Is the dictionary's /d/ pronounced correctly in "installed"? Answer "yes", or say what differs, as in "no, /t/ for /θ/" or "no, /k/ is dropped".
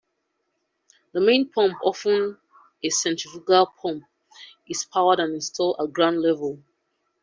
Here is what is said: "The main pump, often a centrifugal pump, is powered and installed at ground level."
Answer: no, /d/ is dropped